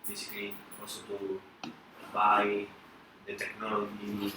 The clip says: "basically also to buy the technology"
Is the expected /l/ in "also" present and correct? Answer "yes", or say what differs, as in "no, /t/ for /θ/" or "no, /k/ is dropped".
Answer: no, /l/ is dropped